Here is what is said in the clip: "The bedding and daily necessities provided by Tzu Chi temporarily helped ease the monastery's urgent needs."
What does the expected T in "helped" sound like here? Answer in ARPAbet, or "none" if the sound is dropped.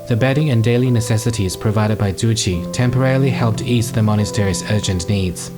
T